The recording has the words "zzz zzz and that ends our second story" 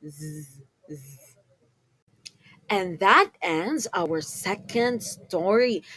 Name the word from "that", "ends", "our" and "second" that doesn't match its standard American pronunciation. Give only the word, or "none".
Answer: none